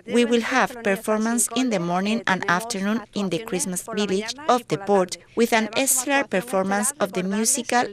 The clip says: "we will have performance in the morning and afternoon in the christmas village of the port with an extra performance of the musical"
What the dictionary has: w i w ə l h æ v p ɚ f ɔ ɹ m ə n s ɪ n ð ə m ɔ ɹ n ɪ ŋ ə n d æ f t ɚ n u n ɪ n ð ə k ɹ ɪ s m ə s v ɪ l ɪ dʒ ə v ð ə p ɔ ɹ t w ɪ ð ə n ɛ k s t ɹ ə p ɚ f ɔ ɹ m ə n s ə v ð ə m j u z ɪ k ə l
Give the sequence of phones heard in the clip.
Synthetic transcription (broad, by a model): w i w ə l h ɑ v p ɚ f ɔ ɹ m ə n s ɪ n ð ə m ɔ ɹ n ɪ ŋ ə n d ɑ f t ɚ n u n ɪ n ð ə k ɹ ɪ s m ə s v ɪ l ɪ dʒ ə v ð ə p ɔ ɹ t w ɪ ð ə n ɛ s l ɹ p ɚ f ɔ ɹ m ə n s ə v ð ə m j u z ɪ k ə l